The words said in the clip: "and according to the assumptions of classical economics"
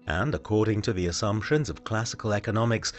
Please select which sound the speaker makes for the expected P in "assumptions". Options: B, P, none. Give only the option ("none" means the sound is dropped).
P